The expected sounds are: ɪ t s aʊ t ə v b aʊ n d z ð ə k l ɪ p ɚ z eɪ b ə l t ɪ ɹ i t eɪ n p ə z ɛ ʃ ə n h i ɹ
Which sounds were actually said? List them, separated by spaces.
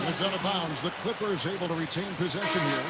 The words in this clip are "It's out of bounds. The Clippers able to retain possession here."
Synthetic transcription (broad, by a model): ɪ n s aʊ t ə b aʊ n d z ð ə k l ɪ p ɚ z eɪ b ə l t ɪ ɹ i t eɪ n p ə z ɛ ʃ ə n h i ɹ